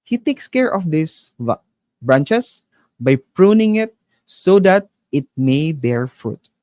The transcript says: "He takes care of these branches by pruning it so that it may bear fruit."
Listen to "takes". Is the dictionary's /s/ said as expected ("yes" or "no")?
yes